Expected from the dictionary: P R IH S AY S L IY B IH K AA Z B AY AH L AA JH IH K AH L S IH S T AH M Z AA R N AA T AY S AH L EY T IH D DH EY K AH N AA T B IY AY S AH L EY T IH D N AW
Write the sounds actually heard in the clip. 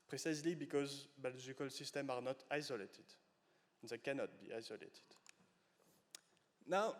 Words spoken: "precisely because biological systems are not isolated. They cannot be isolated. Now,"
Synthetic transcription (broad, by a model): P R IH S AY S L IY B IH K AA Z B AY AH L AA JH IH K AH L S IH S T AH M AA R N AA T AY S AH L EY T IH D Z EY K AH N AA T B IY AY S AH L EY T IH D N AW